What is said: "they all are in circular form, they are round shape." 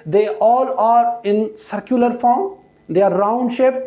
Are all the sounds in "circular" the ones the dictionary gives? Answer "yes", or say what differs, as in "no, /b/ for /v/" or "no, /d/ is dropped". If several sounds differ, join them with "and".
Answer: yes